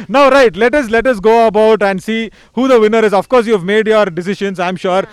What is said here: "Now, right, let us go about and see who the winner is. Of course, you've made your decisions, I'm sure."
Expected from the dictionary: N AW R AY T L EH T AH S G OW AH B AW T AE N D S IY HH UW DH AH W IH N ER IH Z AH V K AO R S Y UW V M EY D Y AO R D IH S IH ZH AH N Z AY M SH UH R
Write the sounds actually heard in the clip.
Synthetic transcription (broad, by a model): N AW R AY T L EH T AH S G OW AH B AW T AE N D S IY HH UW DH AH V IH N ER IH Z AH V K AO R S Y UW V M EY D Y AO R D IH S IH SH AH N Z AY M SH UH R